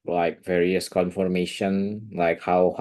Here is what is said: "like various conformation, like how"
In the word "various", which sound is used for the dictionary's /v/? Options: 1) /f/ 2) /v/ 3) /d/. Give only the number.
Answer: 2